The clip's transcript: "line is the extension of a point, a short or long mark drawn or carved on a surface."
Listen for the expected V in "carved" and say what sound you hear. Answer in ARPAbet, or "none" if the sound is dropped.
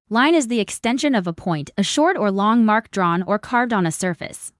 V